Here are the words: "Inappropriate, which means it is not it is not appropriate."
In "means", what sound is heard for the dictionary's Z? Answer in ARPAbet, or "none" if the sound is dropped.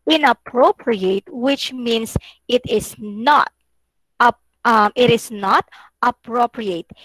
S